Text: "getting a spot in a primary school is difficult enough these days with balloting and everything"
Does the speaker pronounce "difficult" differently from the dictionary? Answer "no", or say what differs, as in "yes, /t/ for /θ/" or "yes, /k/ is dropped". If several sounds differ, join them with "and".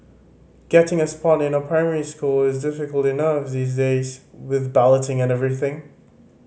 no